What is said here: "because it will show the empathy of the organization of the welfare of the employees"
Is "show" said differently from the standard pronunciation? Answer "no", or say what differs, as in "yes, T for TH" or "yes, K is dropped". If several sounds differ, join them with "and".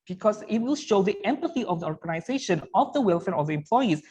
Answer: no